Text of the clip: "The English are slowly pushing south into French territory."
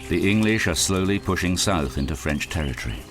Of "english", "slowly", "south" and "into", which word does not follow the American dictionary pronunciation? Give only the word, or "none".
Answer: none